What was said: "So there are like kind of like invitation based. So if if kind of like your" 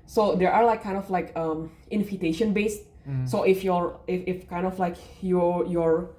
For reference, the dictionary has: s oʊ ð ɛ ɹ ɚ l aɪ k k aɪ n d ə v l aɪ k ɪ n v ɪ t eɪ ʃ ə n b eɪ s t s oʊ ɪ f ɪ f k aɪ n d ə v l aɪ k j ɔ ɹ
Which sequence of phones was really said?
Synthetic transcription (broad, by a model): s oʊ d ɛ ɹ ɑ l aɪ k k aɪ n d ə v l aɪ k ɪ n f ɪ t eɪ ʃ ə n b eɪ s t s oʊ ɪ f ɪ f k aɪ n d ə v l aɪ k j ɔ ɹ